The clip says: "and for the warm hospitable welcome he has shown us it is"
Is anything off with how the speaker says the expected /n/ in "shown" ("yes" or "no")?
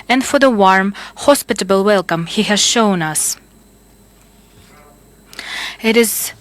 no